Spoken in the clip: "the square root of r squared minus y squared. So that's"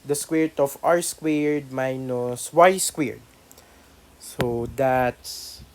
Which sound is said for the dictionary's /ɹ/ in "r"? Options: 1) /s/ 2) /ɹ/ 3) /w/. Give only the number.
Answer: 2